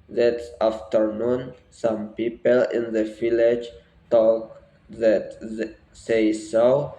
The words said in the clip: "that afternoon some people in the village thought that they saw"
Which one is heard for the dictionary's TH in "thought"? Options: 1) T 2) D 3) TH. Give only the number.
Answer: 1